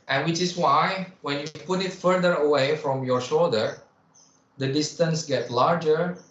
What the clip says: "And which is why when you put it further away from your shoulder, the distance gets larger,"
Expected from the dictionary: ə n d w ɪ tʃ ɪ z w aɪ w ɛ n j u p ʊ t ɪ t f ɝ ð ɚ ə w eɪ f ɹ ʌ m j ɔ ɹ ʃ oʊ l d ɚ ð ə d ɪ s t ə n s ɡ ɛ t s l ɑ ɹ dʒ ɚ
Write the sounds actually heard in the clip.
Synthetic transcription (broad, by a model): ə n w ɪ tʃ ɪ s w aɪ w ɛ n j u p ʊ t ɪ t f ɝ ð ɚ ə w eɪ f ɹ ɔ m j ɔ ɹ ʃ oʊ l d ɚ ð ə d ɪ s t ə n s ɡ ɛ t l ɑ ɹ dʒ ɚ